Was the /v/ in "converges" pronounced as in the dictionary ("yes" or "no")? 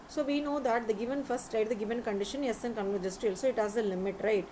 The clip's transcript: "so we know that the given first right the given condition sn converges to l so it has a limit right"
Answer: no